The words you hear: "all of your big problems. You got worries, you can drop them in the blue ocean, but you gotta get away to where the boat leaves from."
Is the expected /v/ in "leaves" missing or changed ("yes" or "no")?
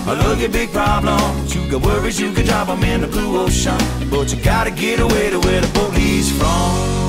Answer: yes